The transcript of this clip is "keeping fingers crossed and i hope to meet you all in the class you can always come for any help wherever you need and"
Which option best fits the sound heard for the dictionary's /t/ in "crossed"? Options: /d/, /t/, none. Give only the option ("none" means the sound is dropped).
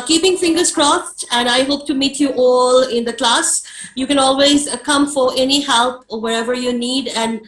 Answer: /t/